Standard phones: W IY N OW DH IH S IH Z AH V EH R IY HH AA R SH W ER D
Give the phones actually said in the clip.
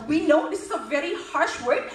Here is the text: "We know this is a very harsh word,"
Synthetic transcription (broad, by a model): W IY N OW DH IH S IH Z AH V EH R IY HH AA R SH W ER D